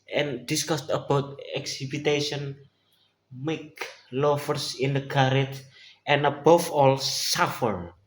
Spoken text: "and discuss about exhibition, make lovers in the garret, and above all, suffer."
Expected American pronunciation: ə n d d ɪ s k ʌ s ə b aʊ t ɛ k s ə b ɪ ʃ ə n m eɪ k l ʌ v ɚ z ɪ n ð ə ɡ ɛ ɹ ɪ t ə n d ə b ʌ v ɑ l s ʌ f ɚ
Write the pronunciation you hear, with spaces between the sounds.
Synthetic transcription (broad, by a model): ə n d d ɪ s k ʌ s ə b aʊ t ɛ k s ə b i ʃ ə n m eɪ k l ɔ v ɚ s ɪ n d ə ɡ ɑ ɹ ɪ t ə n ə b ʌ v ɑ l s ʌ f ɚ